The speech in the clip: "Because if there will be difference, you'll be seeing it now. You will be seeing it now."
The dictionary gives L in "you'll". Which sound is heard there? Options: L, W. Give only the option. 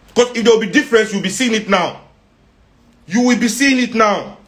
W